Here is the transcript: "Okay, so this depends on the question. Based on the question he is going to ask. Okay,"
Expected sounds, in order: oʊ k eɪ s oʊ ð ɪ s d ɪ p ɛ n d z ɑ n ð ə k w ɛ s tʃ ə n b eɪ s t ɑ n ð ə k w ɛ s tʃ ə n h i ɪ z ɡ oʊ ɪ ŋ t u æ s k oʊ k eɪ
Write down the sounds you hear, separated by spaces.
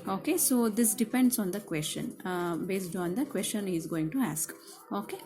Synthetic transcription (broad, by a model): oʊ k eɪ s oʊ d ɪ s d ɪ p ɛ n d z ɑ n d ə k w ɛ s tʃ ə n b eɪ s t ɑ n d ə k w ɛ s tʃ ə n h i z ɡ oʊ ɪ ŋ t u æ s k oʊ k eɪ